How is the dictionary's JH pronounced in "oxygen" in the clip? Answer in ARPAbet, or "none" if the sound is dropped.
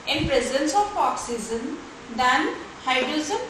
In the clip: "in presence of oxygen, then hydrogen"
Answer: Z